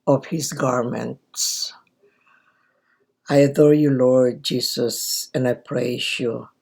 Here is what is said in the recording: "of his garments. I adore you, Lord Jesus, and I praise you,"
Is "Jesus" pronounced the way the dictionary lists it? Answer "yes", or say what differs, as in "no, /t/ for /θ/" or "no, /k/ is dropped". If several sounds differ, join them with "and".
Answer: no, /s/ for /z/